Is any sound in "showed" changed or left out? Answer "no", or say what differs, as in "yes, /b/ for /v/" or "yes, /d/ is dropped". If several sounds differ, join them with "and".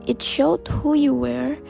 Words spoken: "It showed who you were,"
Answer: no